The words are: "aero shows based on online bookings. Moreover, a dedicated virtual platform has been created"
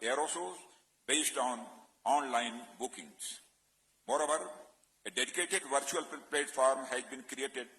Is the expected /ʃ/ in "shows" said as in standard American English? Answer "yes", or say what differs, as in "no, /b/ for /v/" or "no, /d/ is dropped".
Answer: no, /s/ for /ʃ/